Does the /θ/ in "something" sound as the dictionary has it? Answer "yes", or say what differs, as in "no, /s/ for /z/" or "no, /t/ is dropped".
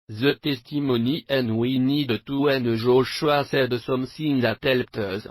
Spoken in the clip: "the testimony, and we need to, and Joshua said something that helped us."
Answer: no, /s/ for /θ/